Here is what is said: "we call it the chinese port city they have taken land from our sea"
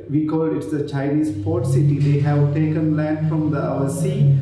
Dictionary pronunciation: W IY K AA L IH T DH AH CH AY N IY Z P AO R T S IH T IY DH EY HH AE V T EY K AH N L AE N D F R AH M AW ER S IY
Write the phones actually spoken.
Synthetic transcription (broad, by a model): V IY K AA L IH T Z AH CH AY N IY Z P AO R T S IH T IY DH EY HH AE V T EY K AH N L AE N D F R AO M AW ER S IY